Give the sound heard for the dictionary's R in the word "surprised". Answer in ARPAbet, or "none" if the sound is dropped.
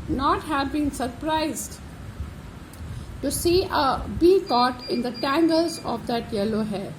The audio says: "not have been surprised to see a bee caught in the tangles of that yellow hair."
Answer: R